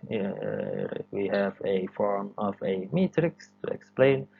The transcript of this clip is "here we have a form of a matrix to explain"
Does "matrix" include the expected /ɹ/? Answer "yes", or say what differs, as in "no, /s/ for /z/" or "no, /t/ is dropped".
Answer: yes